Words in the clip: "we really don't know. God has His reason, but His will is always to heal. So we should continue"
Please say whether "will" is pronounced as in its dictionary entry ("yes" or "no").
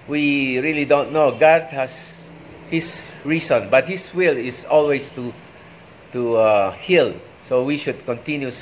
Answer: yes